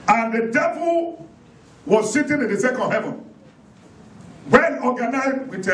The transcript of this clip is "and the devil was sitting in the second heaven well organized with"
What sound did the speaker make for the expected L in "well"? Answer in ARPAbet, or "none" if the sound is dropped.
N